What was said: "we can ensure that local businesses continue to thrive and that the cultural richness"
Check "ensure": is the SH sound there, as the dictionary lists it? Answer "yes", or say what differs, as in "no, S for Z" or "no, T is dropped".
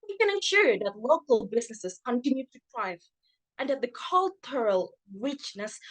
yes